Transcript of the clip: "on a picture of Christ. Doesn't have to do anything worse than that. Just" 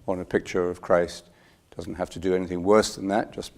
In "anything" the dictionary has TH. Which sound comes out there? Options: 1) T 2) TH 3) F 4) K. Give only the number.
2